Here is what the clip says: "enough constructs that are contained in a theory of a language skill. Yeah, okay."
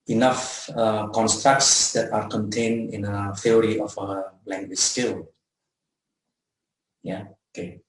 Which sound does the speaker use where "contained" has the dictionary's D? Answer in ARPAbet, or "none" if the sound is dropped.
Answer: none